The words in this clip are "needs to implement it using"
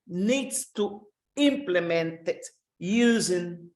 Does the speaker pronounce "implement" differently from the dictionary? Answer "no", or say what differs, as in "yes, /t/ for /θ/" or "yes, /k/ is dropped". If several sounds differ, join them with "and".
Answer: no